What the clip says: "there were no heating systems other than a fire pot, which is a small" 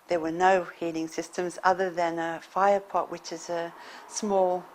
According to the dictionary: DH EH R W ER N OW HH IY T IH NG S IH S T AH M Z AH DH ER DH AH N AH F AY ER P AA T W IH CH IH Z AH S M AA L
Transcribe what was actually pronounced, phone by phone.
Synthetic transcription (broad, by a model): DH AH R W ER N OW HH IY T IH NG S IH S T AH M Z AH DH ER DH AH N AH F AY ER P AA T W IH CH IH Z AH S M AA L